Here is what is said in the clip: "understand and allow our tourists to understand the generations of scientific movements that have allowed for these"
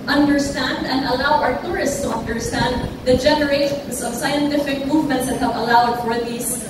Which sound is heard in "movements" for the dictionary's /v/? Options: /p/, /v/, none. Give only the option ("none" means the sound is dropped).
/v/